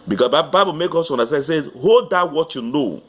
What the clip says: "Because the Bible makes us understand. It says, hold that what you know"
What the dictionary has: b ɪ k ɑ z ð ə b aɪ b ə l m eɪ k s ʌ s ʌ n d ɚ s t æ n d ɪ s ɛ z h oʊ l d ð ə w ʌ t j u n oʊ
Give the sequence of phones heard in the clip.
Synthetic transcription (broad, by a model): b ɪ k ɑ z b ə b aɪ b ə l m eɪ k ɔ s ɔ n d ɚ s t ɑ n ɪ s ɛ h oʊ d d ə w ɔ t j u n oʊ